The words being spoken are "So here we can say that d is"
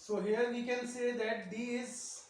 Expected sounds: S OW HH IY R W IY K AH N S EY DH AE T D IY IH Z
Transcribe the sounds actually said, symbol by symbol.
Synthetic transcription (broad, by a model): S OW HH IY R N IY K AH L S EY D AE T D IY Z